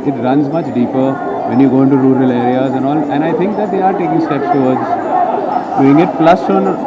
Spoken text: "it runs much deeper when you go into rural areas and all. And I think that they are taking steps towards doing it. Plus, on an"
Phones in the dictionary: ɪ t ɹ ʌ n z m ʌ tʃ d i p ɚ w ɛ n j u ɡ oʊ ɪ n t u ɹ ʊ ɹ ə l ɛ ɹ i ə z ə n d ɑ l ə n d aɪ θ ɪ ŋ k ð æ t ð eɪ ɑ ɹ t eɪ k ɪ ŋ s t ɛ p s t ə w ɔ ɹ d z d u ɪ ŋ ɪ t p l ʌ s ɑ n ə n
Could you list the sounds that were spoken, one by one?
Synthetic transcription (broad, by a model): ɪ t ɹ ʌ n z m ʌ tʃ d i p ɚ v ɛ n j u ɡ oʊ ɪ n t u ɹ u ɹ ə l ɛ ɹ i ə z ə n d ɑ l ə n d aɪ t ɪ ŋ k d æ t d eɪ ɑ ɹ t eɪ k ɪ ŋ s t ɛ p s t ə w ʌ ɹ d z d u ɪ ŋ ɪ t p l ʌ s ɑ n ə n